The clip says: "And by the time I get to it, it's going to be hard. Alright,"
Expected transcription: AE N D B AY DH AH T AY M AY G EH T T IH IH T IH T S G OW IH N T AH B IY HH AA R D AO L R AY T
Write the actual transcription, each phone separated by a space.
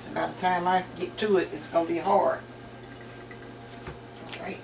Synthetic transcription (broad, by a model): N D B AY DH AH T AY M AY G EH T T IH IH T IH T S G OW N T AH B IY HH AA R AH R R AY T